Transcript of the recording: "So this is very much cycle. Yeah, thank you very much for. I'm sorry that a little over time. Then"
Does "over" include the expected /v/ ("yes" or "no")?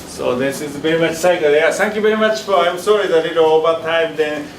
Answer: no